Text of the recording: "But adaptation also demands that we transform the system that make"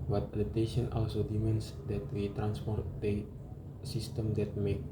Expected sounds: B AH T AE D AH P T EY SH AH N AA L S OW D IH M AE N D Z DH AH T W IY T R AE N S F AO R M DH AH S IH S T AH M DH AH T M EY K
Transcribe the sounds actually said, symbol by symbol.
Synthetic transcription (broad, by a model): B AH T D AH T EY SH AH N AA L S OW D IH M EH N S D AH T W IY T R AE N S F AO R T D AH S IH S T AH M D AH T M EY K